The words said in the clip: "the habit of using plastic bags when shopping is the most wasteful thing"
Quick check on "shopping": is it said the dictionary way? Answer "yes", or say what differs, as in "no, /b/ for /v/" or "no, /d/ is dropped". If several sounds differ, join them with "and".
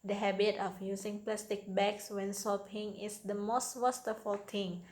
no, /s/ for /ʃ/